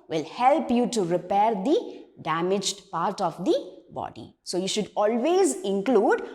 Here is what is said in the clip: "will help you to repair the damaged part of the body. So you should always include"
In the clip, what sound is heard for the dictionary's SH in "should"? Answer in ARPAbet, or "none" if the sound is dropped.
SH